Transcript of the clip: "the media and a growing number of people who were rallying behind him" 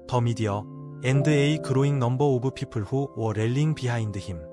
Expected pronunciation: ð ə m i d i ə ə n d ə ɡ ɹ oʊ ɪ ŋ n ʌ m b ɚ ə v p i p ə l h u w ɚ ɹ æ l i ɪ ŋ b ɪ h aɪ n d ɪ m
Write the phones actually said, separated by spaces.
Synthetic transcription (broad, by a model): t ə m i d i ə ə n d ə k ɹ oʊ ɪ ŋ n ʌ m b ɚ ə b p i p ə l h u w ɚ ɹ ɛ l i ŋ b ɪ h aɪ n d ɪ m